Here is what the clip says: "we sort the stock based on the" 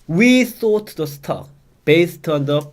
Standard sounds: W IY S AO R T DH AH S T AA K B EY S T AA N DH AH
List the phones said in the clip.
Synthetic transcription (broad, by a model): W IY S AO T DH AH S T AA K B EY S T AA N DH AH